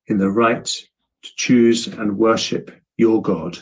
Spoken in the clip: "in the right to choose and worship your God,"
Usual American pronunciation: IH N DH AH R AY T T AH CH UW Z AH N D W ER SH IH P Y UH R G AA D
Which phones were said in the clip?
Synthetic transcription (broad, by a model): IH N DH AH R AY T T AH CH UW Z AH N W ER SH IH P Y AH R G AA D